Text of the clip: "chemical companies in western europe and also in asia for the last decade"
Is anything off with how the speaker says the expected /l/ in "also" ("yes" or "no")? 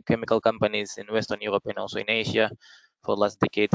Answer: yes